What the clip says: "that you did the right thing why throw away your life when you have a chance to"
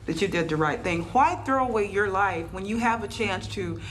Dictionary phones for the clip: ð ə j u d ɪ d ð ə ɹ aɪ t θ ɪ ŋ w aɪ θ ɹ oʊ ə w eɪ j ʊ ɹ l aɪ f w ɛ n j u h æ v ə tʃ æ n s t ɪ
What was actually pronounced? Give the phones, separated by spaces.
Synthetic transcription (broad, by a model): ð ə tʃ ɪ d ɪ d ð ə ɹ aɪ t θ ɪ ŋ w aɪ θ ɹ oʊ ə w eɪ j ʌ ɹ l aɪ f w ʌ n j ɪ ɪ v ə tʃ æ n s t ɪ